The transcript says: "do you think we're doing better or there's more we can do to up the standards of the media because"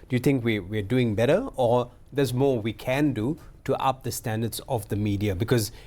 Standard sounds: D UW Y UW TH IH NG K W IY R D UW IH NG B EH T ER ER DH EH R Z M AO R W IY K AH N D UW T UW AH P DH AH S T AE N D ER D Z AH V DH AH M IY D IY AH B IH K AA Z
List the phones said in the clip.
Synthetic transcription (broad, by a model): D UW Y UW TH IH NG K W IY W D UW IH NG B EH T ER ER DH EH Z M AO W IY K AH N D UW T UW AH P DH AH S T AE N D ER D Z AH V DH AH M IY D IY AH B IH K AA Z